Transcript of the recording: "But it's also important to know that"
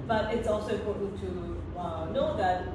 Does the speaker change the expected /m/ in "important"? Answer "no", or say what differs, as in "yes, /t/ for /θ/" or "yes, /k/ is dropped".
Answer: yes, /m/ is dropped